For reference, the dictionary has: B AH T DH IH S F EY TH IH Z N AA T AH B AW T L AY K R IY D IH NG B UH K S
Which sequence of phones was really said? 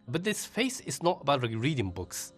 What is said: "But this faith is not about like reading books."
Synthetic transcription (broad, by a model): B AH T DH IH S F EY S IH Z N AA T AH B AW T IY R IY D IH NG B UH K S